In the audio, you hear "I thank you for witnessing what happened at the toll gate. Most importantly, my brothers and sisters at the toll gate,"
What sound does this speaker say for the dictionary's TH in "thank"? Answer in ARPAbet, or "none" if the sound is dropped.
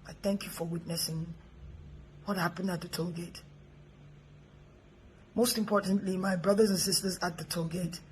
TH